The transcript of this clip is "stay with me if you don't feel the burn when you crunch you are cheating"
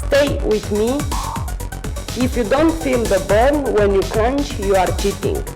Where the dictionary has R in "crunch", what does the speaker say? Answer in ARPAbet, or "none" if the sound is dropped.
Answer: L